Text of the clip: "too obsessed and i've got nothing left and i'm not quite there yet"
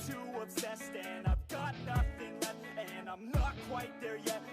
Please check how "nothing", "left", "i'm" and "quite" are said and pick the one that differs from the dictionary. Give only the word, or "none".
left